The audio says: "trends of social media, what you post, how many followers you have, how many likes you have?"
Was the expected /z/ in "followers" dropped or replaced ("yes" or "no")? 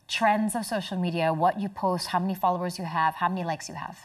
no